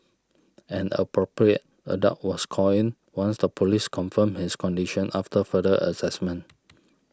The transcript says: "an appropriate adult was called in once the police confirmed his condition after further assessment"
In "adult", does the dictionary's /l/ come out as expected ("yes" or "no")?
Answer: no